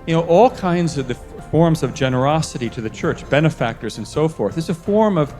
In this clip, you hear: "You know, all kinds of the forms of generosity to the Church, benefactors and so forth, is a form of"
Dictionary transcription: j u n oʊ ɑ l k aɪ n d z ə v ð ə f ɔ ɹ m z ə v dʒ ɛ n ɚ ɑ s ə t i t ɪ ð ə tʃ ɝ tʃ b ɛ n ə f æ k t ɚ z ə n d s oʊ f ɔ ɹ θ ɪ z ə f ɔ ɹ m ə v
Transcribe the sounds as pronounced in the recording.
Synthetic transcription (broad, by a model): j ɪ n oʊ ɑ l k aɪ n d z ə v ð ə f ɔ ɹ m z ə v dʒ ɛ n ɚ ɑ s ə t i t ɪ ð ə tʃ ɝ tʃ b ɛ n ə f æ k t ɚ z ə n s oʊ f ɔ ɹ θ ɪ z ə f ɔ ɹ m ə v